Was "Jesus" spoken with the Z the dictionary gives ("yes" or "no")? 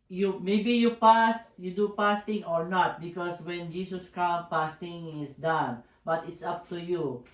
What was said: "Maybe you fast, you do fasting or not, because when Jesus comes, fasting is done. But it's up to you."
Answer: no